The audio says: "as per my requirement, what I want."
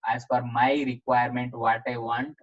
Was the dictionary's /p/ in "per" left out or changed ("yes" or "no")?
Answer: yes